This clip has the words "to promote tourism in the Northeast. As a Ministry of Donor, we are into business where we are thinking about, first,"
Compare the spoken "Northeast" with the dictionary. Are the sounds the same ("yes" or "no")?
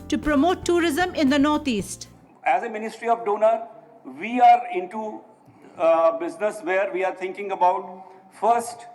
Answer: no